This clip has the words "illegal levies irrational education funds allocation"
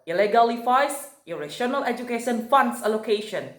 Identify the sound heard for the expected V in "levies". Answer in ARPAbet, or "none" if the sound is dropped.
F